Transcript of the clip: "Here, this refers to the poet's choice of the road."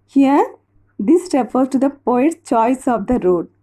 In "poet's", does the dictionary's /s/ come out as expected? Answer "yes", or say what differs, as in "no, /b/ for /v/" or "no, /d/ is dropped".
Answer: no, /s/ is dropped